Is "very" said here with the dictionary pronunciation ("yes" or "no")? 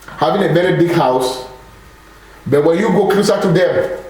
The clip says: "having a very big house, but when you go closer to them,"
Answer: no